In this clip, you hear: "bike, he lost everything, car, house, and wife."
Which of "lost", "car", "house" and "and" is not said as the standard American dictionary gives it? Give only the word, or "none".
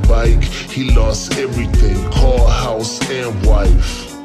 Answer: car